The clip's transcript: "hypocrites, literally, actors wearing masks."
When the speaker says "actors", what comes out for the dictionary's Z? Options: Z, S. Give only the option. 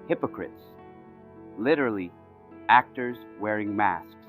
Z